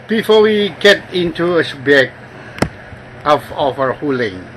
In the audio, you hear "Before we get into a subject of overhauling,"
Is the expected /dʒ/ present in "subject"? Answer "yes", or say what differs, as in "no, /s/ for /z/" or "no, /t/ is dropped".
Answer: no, /dʒ/ is dropped